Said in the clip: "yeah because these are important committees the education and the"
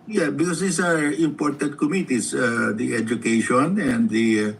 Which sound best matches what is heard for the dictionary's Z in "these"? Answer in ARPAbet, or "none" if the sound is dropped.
S